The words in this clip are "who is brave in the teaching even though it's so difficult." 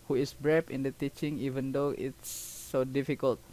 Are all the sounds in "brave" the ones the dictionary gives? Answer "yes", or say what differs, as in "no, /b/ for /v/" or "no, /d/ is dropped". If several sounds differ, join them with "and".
no, /p/ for /v/